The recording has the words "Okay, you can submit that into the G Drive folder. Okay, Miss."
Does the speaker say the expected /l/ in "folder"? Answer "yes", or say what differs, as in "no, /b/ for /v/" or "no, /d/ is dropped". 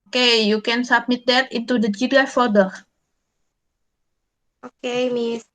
no, /l/ is dropped